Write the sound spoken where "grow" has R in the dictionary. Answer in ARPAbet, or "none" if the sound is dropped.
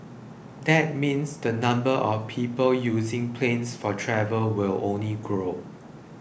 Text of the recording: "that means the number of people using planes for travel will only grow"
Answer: R